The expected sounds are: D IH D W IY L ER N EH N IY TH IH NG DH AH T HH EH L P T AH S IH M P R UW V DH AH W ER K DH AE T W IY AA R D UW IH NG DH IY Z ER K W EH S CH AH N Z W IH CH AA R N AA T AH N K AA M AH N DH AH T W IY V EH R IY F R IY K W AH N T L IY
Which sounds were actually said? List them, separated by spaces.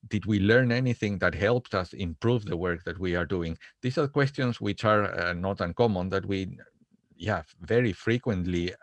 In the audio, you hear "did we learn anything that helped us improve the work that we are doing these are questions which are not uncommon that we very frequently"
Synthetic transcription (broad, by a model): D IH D W IY L ER N EH N IY TH IH NG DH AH T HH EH L P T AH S IH M P R UW V DH AH W ER K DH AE T W IY AA R D UW IH NG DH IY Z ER K W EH S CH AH N S W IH CH AA R N AA T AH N K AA M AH N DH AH T W IY V EH R IY F R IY K W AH N T L IY